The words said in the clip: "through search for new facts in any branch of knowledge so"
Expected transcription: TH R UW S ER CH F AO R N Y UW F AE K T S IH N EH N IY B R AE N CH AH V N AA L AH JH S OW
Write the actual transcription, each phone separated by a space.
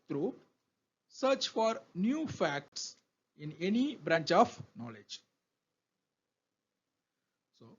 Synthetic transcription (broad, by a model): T R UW S ER CH F AO R N Y UW F AE K T S IH N EH N IY B R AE N CH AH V N AA L AH JH S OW